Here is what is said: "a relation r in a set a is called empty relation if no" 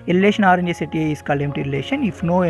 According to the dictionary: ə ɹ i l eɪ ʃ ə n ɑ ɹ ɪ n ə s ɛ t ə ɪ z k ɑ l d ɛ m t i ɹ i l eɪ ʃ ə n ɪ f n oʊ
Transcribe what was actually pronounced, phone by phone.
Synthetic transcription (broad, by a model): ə ɹ i l eɪ ʃ ə n ɑ ɹ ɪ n ə s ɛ t ə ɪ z k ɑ l ɛ m t i ɹ i l eɪ ʃ ə n ɪ f n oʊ